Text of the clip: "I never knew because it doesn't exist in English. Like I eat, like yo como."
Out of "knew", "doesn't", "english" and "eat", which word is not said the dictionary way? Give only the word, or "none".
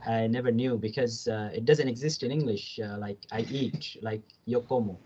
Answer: none